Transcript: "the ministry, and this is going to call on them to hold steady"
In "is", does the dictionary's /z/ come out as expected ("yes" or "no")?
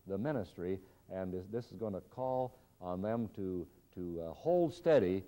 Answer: yes